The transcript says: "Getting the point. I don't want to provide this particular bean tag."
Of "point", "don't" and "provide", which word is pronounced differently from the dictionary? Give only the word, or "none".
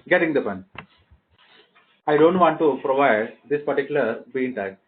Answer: point